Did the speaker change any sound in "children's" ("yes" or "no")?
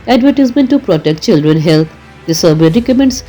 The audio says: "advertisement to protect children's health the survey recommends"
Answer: yes